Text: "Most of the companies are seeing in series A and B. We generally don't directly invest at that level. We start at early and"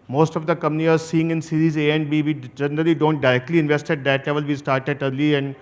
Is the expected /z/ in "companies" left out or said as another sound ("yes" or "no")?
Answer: yes